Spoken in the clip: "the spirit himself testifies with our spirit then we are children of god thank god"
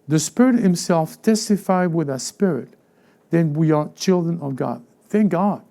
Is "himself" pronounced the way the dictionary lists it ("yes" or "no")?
yes